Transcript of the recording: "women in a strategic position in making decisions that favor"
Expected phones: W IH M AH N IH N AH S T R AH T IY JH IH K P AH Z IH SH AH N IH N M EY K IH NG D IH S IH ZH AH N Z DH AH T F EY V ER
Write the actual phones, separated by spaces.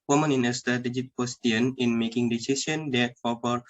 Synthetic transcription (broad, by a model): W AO M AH N IH N AH S T R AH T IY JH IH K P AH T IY AH N IH N M EY K IH NG D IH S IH S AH N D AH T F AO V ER